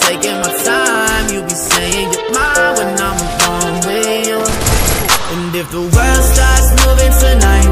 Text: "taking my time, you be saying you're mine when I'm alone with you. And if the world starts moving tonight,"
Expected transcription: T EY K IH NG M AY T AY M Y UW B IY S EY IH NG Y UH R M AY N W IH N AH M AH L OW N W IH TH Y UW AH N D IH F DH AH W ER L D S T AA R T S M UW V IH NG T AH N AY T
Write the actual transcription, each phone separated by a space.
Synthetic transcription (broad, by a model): T EY K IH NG M AY T AY M Y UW B IY S EY IH NG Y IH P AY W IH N AH M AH OW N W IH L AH N IH F DH AH W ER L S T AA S M UW V IH NG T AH N AY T